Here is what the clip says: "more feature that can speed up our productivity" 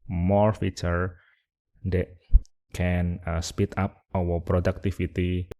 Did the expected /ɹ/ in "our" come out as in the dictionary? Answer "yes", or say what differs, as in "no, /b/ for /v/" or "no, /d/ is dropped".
no, /w/ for /ɹ/